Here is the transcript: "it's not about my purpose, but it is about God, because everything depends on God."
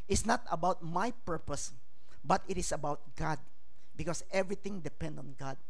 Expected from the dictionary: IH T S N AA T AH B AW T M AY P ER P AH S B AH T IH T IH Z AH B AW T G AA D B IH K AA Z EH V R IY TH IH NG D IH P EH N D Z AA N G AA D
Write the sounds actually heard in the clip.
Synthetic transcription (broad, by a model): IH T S N AA T AH B AW T M AY P ER P AH S B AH T IH T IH S AH B AW T G AA D B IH K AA S EH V R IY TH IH NG D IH P EH N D AA N G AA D